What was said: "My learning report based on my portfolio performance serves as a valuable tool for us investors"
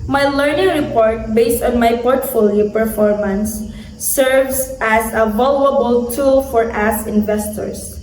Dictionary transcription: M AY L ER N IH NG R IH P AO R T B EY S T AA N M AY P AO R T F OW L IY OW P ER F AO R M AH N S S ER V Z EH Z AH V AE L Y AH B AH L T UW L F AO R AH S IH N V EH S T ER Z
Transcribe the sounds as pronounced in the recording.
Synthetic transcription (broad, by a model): M AY L ER N IH NG R IH P AO R T B EY S T AA N M AY P AO R T F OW L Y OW P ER F AO R M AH N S S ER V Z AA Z AH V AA L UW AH B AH L T UW L F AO R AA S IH N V EH S T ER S